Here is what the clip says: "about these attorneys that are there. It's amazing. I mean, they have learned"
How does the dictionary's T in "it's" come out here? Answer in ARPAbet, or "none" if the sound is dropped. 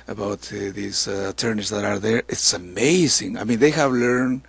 T